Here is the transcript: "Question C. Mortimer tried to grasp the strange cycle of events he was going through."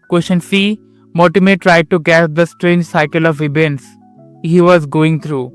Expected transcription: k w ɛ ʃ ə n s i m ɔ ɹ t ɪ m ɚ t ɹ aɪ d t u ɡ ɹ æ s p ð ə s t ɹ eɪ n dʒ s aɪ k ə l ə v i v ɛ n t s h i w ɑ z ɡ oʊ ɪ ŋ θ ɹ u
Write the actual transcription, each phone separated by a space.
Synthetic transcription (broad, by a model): k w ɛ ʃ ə n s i m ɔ t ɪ m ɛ t ɹ aɪ d t u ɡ æ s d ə s t ɹ eɪ n dʒ s aɪ k ə l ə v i b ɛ n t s h i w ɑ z ɡ oʊ ɪ ŋ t ɹ u